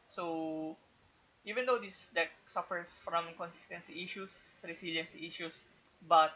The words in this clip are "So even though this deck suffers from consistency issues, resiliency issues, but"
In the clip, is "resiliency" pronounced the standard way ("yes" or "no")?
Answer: no